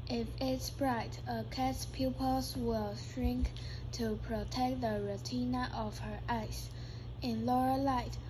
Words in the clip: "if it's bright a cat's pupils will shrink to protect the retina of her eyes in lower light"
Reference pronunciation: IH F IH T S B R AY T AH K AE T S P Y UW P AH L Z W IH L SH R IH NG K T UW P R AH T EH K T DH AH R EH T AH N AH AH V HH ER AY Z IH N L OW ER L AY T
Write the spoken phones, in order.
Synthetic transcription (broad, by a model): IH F IH T S B R AY T AH K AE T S P Y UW P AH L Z W IH L SH R IH NG K T UW P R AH T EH K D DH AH R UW T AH N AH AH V HH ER AY S IH N L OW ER L AY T